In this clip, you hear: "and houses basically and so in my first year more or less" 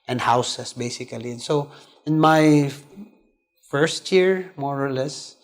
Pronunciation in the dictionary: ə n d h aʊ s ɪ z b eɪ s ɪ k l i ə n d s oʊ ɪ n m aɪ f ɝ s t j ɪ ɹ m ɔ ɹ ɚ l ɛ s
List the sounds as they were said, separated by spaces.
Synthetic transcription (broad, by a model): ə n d h aʊ s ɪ s b eɪ s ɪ k l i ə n s oʊ ɪ n m aɪ f ɝ s t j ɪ ɹ m ɔ ɹ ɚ l ɛ s